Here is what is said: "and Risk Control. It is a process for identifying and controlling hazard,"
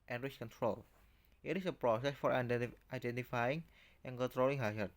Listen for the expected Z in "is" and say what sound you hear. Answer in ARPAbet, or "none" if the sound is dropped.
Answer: S